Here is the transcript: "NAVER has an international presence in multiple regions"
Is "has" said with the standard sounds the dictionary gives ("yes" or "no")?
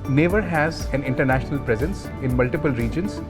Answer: yes